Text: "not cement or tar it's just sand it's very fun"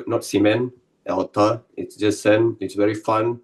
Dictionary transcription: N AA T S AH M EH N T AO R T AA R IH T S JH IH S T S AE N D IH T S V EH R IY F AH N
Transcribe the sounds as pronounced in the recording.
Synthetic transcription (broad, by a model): N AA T S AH M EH N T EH L T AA IH T S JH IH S S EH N IH T S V EH R IY F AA N